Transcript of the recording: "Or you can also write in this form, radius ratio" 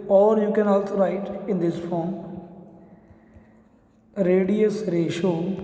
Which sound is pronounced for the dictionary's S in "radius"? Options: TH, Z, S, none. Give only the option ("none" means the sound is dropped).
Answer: S